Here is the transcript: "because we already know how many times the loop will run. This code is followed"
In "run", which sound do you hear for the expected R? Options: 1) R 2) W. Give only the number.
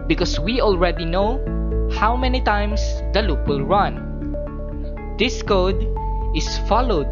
1